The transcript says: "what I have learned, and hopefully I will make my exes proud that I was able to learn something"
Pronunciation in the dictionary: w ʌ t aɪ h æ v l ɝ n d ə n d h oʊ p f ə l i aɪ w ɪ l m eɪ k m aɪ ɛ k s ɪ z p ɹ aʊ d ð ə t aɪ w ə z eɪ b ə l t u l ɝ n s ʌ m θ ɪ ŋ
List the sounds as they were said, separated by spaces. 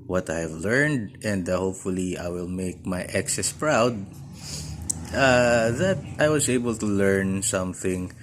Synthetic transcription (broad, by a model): w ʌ t aɪ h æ v l ɝ n d ə n d h oʊ p f ə l i aɪ w ɪ l m eɪ k m aɪ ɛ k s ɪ s p ɹ aʊ d ð ə t aɪ w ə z eɪ b ə l t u l ɝ n s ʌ m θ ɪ ŋ